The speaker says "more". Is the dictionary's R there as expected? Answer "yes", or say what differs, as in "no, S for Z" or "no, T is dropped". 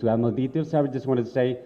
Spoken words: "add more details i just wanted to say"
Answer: no, L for R